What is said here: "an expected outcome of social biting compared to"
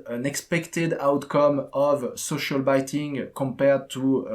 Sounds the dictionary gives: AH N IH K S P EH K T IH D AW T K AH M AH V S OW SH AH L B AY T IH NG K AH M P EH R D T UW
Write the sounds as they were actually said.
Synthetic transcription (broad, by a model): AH N IH K S P EH K T IH D AW T K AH M AH V S OW SH AH L B AY T IH NG K AH M P EH R D T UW